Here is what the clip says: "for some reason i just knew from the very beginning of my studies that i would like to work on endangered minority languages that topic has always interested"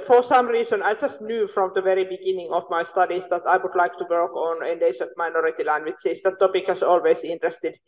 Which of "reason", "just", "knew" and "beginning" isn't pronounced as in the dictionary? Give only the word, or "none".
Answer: reason